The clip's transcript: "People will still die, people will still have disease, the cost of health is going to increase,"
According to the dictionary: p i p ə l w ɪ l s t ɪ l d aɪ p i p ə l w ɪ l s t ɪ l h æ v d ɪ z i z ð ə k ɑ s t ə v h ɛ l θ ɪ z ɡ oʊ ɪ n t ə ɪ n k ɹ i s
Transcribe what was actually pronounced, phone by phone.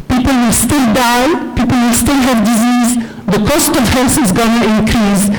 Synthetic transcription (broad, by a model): p i p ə l w ɪ l s t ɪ l d aɪ p i p ə l w ɪ l s t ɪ l h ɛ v d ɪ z i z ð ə k ɑ s t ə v h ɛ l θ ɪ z ɡ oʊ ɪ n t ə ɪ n k ɹ i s